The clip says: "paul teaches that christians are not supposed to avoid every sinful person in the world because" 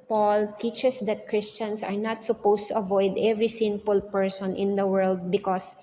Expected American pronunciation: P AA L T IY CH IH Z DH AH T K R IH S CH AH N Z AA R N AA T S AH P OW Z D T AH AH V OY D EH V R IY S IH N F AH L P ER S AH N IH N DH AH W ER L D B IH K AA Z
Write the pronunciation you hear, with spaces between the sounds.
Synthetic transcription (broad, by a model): P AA L T IY CH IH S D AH T K R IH S CH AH N S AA R N AA T S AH P OW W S T AH AH V OY D EH V R IY S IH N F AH L P ER S AH N IH N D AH W ER L D B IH K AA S